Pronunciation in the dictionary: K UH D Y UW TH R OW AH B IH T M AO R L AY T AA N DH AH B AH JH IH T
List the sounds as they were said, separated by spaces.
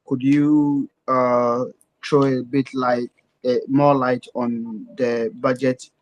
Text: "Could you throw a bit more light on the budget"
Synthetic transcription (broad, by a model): K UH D Y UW T R OW AH B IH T M AO L AY T AA N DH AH B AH JH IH T